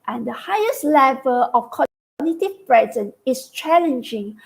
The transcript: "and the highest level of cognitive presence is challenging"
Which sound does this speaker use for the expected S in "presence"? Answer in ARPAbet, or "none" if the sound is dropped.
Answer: none